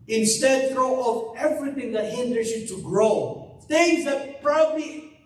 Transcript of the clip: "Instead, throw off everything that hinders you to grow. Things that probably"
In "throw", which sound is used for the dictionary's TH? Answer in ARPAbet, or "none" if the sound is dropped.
F